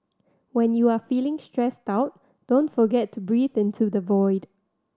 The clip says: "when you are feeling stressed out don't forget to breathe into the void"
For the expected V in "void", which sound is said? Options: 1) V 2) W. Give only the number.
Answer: 1